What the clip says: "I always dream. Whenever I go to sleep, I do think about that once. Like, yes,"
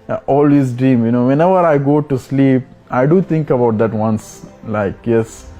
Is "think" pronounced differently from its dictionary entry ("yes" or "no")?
yes